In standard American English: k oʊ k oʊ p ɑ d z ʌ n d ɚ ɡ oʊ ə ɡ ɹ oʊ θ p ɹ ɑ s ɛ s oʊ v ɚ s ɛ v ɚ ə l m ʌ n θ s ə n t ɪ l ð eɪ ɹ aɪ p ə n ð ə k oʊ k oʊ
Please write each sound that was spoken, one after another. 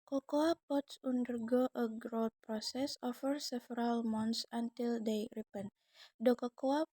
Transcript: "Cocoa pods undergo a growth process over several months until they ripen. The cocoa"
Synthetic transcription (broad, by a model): k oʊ k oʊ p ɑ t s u n d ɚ ɡ oʊ ə ɡ ɹ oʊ t p ɹ ɑ s ɛ s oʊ f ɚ s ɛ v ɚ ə l m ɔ n t s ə n t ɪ l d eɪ ɹ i p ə n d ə k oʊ k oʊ